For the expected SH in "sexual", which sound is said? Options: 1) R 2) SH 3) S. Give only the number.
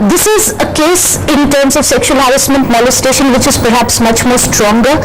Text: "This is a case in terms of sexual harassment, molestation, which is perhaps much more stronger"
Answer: 2